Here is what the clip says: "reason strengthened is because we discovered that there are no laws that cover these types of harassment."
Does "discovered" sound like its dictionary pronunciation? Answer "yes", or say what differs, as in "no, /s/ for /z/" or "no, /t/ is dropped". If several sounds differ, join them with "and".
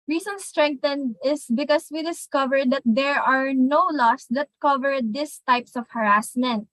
yes